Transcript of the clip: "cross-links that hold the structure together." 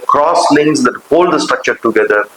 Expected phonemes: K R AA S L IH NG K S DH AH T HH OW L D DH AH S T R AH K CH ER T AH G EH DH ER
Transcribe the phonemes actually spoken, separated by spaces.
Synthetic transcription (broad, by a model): K R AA S L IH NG S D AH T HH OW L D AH S T R AH K CH ER T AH G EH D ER